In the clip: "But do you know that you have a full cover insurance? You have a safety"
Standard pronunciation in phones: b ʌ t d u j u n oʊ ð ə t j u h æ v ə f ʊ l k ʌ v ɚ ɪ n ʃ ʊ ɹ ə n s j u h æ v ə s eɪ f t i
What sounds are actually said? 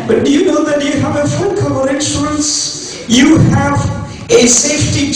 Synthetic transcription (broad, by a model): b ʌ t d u j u n oʊ ð ə t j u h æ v ə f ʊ n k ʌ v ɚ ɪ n s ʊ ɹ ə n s j u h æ v ə s eɪ f t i